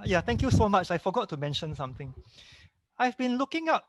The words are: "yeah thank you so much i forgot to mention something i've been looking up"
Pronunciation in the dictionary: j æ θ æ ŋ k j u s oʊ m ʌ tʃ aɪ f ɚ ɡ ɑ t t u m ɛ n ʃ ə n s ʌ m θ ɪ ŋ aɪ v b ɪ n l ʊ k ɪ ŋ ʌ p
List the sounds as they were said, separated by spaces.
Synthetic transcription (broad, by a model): j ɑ t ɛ ŋ k j u s oʊ m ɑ tʃ aɪ f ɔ ɡ ɑ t t u m ɛ n ʃ ə n s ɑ m t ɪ ŋ aɪ v b ɪ n l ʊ k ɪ ŋ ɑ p